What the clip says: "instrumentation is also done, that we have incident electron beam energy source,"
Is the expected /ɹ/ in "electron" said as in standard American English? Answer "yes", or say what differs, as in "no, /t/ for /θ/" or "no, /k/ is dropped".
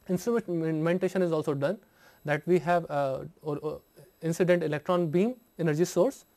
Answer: yes